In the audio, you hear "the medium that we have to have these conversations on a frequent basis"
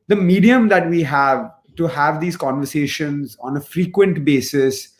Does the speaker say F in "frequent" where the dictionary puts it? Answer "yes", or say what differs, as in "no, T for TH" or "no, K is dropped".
yes